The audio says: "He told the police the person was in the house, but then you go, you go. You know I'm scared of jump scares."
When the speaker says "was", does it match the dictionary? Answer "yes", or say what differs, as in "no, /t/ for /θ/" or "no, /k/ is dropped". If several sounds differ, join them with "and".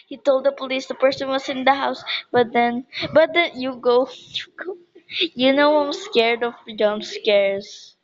no, /s/ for /z/